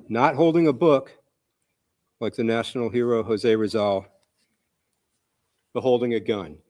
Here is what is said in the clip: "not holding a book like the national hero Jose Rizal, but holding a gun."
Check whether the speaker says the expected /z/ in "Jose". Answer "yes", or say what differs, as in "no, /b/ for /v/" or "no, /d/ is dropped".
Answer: yes